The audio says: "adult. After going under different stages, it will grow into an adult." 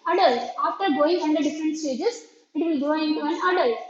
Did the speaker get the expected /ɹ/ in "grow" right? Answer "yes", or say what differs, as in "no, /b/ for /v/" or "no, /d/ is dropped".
no, /ɹ/ is dropped